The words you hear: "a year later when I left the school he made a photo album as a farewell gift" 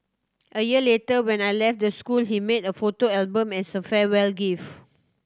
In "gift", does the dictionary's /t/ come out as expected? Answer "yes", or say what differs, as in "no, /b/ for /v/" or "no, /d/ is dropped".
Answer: no, /t/ is dropped